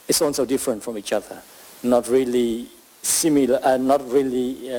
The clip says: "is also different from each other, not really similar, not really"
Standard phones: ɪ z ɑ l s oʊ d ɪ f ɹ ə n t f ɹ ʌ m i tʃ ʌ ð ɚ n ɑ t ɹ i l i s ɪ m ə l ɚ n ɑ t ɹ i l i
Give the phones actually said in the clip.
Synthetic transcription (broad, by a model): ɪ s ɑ n s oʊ d ɪ f ɹ ə n t f ɹ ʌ m i tʃ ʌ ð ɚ n ɑ t ɹ i l i s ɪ m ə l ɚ n ɑ t ɹ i l i